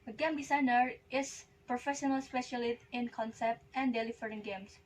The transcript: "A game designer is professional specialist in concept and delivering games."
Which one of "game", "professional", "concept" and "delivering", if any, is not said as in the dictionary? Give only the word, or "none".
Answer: delivering